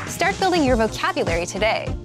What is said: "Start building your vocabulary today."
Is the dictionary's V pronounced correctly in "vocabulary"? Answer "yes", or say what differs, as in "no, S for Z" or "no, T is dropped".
yes